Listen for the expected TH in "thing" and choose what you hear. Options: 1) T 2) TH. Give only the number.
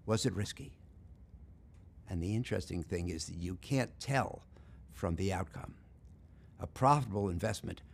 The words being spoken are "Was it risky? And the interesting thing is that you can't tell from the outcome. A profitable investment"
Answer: 2